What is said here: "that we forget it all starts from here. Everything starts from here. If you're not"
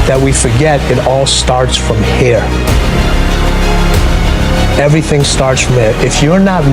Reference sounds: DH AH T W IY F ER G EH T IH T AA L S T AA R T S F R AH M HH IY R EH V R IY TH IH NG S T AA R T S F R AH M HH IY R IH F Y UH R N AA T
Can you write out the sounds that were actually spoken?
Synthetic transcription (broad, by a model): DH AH T W IY F ER G EH T IH T AA L S T AA R T S F R AH M HH IY R EH V R IY TH IH NG S T AA R T S F R AH M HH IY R IH F Y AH R N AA T